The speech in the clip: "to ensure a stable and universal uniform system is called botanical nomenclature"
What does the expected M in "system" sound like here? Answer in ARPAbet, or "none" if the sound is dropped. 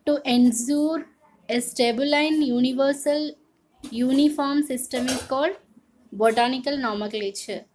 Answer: M